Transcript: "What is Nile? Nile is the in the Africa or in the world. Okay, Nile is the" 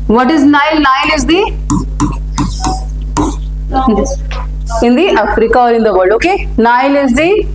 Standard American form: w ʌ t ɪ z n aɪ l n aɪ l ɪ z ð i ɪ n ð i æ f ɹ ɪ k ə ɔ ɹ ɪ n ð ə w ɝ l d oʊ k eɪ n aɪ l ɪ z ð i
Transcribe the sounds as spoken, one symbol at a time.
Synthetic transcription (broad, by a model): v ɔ t ɪ z n aɪ l n aɪ l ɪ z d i ɪ n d i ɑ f ɹ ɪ k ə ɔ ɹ ɪ n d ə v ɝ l oʊ k eɪ n aɪ l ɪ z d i